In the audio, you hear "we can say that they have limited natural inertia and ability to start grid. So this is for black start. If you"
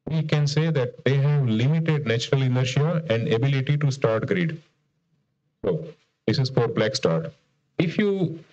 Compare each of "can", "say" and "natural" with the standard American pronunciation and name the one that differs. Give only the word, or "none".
none